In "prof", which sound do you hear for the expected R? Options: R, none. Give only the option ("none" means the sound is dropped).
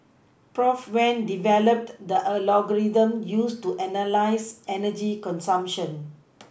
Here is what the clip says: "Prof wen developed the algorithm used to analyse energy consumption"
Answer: R